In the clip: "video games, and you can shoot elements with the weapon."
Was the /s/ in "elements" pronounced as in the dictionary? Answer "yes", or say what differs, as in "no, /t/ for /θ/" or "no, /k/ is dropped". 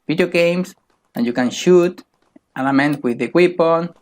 no, /s/ is dropped